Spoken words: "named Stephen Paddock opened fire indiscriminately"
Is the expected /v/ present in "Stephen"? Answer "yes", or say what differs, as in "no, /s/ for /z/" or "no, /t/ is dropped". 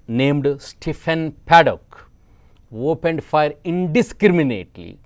no, /f/ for /v/